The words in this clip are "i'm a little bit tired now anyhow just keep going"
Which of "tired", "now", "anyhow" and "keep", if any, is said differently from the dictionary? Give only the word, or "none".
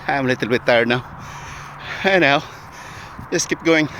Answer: anyhow